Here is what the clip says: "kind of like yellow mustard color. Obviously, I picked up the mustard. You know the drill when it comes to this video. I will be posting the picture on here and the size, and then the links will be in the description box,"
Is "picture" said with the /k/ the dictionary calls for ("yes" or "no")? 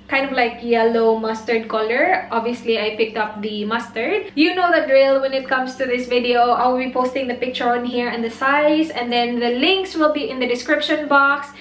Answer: yes